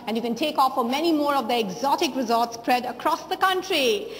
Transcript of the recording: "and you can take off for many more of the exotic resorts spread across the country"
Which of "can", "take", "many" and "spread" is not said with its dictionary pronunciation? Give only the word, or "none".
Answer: none